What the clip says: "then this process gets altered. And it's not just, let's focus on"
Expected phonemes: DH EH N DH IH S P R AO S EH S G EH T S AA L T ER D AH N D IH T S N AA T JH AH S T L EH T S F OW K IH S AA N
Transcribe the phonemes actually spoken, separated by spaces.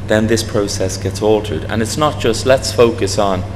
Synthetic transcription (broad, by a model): DH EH N DH IH S P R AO S EH S G EH T S AA L T ER D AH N IH T S N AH T JH AH S T L EH T S F OW K IH S N